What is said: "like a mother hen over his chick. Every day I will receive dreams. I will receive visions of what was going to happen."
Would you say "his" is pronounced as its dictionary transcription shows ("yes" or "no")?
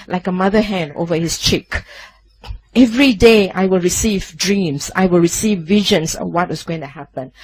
no